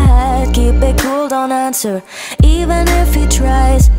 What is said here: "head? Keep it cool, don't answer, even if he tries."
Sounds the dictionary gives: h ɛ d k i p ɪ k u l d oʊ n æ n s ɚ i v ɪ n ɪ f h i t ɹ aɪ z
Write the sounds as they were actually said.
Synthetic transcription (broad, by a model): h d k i b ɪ k u l d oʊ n æ n s ɚ i v ɪ n ɪ f h i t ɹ aɪ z